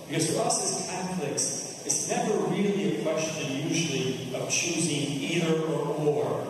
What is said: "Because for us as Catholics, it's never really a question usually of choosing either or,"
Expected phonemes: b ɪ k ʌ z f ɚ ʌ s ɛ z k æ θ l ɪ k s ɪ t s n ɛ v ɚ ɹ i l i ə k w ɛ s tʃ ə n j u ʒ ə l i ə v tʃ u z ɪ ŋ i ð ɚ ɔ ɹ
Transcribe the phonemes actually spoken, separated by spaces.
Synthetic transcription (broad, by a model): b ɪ k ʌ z f ɚ ʌ s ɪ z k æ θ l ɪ k s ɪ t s n ɛ v ɚ ɹ i l i ə k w ɛ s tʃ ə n j u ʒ l i ə v tʃ u z ɪ ŋ i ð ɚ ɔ ɹ